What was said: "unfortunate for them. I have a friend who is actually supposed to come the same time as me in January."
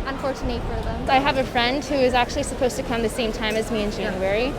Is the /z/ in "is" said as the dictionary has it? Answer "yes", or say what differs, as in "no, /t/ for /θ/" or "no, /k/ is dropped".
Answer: yes